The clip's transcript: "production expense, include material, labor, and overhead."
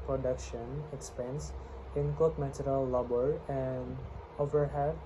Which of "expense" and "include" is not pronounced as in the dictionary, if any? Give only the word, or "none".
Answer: include